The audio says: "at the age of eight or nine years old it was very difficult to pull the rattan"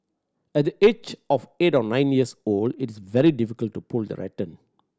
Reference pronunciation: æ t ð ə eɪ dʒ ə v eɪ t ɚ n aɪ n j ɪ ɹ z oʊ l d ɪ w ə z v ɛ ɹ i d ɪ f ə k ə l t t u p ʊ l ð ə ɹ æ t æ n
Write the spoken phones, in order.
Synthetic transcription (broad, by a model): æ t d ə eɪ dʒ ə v eɪ t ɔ n aɪ n j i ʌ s oʊ l d ɪ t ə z v ɛ ɹ i d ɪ f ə k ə l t t u p ʊ l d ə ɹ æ t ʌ n